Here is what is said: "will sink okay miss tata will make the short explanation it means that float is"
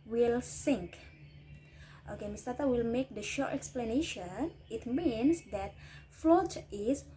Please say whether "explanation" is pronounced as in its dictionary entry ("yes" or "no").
yes